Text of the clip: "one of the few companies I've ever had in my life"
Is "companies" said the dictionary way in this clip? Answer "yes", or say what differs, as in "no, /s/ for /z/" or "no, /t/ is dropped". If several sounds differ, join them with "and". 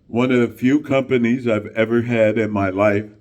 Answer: yes